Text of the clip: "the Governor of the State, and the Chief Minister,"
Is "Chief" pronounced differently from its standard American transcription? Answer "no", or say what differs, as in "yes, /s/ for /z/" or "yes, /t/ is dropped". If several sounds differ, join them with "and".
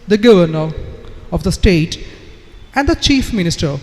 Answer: no